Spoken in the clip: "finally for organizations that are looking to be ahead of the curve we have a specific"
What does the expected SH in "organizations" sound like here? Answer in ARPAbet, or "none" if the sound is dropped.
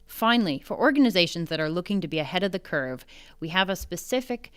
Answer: SH